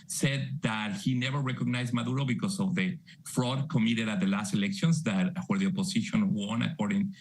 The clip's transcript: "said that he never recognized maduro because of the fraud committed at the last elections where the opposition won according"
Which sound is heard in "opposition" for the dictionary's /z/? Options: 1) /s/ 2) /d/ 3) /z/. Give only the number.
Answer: 1